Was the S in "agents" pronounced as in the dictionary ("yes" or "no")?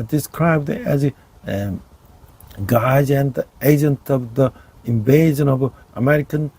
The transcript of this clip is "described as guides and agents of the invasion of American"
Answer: no